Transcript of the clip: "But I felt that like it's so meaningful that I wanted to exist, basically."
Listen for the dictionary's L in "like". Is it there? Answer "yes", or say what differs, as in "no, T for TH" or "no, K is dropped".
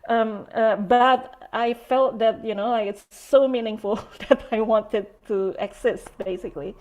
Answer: no, N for L